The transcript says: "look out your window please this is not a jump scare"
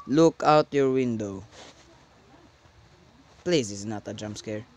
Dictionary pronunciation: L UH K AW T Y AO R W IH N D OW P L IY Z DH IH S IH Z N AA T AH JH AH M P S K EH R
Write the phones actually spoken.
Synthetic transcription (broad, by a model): L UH K AW T Y AO R W IH N D OW P L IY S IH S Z N AA T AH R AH M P S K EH R